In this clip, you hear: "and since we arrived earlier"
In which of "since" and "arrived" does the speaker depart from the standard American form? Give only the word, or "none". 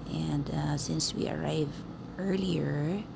arrived